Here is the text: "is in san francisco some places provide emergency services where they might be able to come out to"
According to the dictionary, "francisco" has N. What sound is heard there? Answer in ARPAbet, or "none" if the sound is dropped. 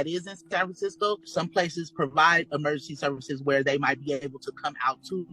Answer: none